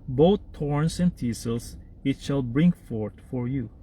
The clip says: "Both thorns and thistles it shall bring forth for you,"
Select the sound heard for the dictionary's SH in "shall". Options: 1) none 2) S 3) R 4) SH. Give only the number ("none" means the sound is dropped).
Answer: 4